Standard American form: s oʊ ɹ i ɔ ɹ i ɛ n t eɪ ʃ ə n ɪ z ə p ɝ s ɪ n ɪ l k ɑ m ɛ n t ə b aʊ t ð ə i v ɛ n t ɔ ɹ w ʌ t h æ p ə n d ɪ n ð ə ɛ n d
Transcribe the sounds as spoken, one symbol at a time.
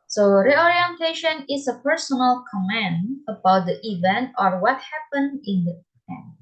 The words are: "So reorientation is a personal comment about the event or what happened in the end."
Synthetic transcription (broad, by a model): s oʊ ɹ i ɔ ɹ i ɛ n t eɪ ʃ ə n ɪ s ə p ɝ s ɪ n ɪ l k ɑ m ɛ n ə b aʊ t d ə i v ɛ n t ɔ ɹ w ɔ t h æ p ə n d ɪ n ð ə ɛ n